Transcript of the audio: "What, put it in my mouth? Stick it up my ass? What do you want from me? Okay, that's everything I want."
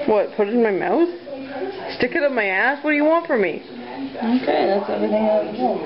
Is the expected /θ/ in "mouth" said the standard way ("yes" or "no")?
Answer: yes